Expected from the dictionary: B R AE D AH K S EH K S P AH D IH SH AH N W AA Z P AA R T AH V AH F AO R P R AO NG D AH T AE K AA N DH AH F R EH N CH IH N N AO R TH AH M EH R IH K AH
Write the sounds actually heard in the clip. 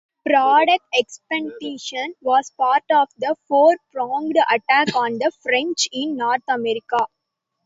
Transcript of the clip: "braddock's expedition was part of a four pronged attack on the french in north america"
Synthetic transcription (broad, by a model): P R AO D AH K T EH K S P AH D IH SH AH N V AA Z P AA R T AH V AH F AO R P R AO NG D AH T AE K AA N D AH F R EH N CH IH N N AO R T AH M EH R IH K AH